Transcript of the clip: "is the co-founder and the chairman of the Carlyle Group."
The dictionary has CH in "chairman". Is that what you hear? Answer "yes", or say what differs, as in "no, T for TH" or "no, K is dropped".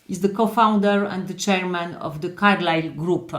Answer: yes